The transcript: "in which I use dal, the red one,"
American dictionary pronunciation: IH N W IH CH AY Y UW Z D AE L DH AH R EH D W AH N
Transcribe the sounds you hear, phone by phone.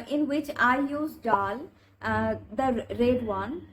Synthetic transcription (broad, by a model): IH N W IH CH AY Y UW Z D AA L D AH R EH D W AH N